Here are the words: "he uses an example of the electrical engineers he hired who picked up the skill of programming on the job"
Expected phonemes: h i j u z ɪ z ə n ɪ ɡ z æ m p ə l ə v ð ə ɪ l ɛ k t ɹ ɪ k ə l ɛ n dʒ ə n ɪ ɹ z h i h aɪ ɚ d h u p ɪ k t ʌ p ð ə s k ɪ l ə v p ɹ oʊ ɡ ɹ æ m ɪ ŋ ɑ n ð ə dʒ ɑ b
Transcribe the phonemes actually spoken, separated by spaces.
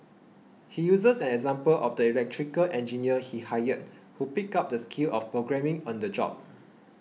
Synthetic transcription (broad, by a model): h i j u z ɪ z ə n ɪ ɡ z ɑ m p ə l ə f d ə ɪ l ɛ k t ɹ ɪ k ə l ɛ n dʒ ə n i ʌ h i h aɪ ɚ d h u p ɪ k ɑ p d ə s k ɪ l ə f p ɹ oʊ ɡ ɹ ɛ m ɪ ŋ ɑ n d ə dʒ ɑ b